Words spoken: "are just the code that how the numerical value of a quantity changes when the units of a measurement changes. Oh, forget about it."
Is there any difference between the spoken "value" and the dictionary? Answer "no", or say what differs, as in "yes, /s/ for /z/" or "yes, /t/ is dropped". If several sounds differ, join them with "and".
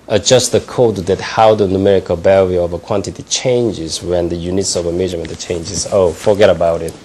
yes, /b/ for /v/